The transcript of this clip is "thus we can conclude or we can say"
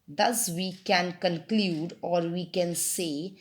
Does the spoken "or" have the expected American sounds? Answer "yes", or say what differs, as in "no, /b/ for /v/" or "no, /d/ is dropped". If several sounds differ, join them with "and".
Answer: yes